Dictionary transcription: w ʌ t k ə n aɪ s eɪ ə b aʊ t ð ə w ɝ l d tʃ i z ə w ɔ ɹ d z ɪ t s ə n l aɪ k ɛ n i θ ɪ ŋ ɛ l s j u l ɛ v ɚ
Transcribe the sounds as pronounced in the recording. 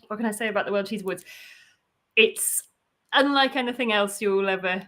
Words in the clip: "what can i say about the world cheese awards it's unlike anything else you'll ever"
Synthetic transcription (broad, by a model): w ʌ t k ə n aɪ s eɪ ə b aʊ t ð ə w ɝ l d tʃ i z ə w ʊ d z ɪ t s ə n l aɪ k ɛ n i θ ɪ ŋ ɛ l s j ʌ l ɛ v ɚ